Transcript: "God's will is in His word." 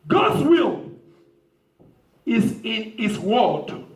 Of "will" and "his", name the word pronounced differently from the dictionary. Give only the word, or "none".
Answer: his